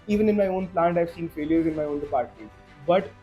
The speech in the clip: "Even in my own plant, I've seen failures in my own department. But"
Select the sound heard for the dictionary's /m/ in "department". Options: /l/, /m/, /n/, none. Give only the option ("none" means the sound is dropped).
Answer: none